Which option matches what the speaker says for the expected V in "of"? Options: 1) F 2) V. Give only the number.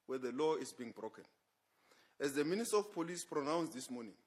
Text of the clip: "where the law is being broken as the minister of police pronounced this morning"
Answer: 1